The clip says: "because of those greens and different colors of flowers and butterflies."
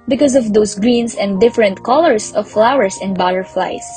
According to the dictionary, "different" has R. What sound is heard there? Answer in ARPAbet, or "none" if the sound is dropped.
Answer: R